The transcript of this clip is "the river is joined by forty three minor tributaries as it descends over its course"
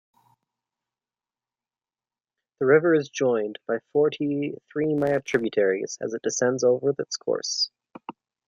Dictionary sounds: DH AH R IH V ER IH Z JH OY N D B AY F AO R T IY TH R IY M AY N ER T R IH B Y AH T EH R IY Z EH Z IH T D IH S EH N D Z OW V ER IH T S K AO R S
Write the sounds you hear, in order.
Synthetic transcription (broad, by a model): DH AH R IH V ER IH Z JH OY N B AY F AO R T IY TH R IY M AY ER T R IH B Y AH T EH R IY Z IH Z IH T D IH S EH N D Z OW V ER IH T S K AO R S